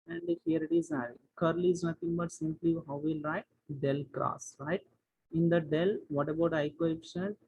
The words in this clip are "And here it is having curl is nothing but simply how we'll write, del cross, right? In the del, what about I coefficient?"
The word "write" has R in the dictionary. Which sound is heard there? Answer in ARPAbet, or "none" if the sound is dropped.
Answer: R